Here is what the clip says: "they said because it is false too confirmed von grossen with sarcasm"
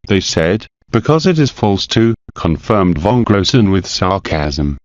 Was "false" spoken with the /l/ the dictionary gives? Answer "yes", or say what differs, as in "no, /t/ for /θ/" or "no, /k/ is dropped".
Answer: yes